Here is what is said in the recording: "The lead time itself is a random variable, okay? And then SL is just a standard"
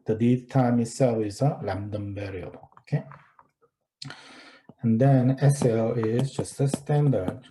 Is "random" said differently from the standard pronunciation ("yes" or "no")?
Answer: yes